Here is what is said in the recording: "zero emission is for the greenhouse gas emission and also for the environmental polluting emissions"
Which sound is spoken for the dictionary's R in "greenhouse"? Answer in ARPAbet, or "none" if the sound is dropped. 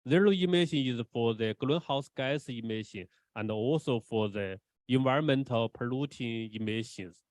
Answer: L